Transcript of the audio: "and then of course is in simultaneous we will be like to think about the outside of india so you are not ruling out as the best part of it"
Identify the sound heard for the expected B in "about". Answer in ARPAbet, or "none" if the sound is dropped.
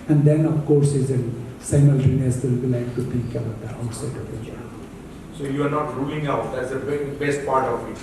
none